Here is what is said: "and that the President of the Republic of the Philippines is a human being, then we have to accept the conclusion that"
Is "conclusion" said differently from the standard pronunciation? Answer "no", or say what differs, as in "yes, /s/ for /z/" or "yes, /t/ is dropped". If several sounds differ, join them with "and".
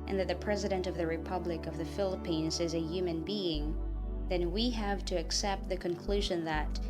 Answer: no